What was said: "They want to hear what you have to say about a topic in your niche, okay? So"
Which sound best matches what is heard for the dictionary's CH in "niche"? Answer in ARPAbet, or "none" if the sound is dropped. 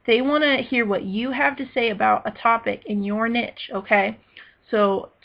CH